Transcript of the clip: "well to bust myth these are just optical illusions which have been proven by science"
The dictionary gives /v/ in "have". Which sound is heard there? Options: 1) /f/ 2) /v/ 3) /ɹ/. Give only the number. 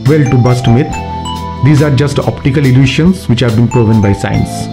2